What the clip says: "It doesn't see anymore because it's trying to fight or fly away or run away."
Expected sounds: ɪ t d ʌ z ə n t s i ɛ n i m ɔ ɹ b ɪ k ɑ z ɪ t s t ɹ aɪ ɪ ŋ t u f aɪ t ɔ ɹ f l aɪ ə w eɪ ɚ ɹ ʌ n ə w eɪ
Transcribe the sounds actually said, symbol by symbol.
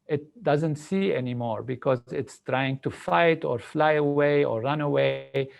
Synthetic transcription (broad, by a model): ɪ t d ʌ z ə n t s i ɛ n i m ɔ ɹ b ɪ k ɑ z ɪ t s t ɹ aɪ ɪ ŋ t u f aɪ t ɔ ɹ f l aɪ ə w eɪ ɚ ɹ ʌ n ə w eɪ